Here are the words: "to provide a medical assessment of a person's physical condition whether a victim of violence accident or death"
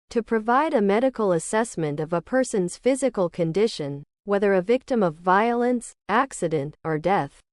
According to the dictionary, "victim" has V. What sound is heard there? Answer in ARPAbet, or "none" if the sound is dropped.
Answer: V